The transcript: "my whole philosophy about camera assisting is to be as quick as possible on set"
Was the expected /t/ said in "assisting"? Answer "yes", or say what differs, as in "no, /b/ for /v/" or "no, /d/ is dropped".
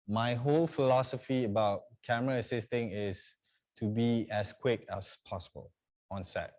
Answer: yes